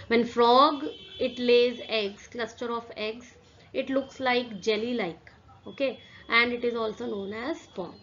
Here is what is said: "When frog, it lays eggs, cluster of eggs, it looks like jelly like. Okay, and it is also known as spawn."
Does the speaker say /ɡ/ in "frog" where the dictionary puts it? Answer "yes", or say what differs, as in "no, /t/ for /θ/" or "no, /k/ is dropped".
yes